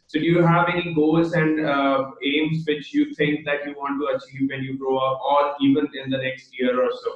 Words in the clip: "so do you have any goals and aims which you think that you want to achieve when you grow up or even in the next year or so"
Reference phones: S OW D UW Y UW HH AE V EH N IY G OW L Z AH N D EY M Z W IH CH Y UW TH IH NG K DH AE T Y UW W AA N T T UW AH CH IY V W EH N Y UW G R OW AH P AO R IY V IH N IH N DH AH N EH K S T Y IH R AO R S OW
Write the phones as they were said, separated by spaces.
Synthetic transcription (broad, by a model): S OW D Y UW HH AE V EH N IY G OW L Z AH N D EY M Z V IH CH Y UW T IH NG K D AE T Y UW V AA N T T UW AH CH IY V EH N Y UW G R OW AH P AO L IY V IH N IH N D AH N EH K S T Y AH R AO R S OW